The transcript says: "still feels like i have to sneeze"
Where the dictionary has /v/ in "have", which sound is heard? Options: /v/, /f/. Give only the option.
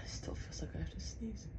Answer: /f/